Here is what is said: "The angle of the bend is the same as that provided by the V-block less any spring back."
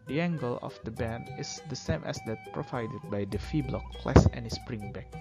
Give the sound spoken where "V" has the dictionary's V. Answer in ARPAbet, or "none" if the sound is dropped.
F